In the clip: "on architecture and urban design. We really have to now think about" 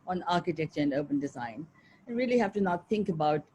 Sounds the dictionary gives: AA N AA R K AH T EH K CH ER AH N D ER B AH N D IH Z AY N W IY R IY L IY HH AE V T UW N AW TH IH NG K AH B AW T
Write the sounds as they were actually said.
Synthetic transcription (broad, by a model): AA N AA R K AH T EH K CH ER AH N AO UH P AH N D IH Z AY N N R IY L IY HH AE F T UW N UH TH IH NG K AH B AW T